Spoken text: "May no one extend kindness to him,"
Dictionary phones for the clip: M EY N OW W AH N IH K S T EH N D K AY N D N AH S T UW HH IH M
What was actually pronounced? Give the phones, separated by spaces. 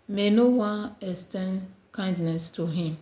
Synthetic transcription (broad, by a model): M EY N OW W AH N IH S T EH N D K AY N D N AH S T UW HH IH M